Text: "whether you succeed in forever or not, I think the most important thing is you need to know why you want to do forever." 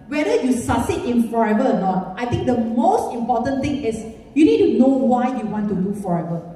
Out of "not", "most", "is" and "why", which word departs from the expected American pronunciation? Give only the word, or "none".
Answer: is